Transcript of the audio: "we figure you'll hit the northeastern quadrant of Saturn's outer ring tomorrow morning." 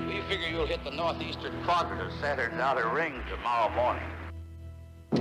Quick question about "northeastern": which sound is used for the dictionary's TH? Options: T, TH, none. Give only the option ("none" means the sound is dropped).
TH